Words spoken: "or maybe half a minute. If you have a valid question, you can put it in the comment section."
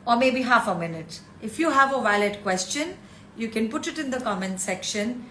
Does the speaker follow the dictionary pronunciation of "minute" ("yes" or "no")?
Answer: yes